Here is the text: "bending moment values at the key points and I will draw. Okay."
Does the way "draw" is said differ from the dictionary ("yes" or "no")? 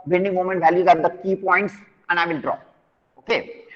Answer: no